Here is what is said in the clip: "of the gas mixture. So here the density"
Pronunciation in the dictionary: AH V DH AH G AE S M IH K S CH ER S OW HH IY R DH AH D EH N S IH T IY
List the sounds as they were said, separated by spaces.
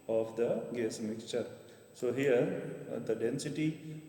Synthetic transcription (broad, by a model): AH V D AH G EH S M IH K S CH ER S OW HH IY R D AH D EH N S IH T IY